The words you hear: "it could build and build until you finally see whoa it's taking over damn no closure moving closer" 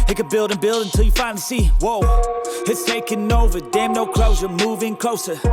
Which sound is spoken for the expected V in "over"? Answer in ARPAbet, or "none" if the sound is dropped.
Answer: V